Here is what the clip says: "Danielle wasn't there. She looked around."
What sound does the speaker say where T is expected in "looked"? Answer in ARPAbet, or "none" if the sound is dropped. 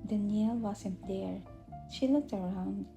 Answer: T